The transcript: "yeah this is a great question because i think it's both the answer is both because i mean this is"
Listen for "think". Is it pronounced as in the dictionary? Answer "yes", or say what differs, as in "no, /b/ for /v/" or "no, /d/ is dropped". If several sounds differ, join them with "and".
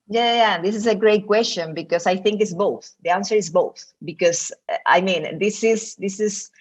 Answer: yes